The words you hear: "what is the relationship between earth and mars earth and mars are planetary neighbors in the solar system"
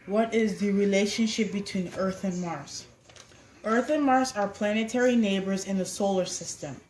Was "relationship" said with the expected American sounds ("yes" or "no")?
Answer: yes